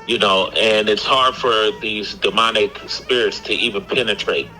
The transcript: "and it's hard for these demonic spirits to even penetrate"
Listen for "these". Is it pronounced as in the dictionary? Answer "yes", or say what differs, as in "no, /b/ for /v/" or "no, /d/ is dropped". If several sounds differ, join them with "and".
yes